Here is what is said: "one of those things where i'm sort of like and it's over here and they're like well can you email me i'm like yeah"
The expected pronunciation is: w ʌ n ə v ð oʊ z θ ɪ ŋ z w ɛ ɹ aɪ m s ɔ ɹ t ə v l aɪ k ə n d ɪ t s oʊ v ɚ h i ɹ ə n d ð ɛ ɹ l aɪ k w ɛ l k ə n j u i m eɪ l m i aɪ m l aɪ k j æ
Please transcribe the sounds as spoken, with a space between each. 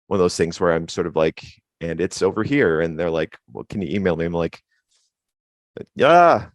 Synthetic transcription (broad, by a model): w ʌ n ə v ð oʊ z θ ɪ ŋ z w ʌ ɹ aɪ m s ɔ ɹ t ə v l aɪ k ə n ɪ t s oʊ v ɚ h i ɹ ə n ð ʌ ɹ l aɪ k w ɛ l k ə n j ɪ i m eɪ l m i aɪ m l aɪ k j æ